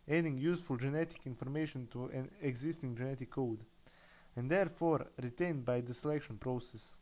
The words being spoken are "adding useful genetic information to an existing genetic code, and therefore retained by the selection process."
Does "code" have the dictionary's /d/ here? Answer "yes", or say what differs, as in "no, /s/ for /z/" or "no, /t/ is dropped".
yes